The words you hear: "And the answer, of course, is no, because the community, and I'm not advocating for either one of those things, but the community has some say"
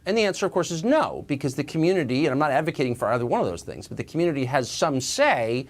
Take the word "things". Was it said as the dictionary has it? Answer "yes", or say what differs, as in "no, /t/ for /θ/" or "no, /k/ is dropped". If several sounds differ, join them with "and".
yes